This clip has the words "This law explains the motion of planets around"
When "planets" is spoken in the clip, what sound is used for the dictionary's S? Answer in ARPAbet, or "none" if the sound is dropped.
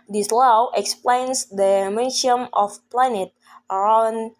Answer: none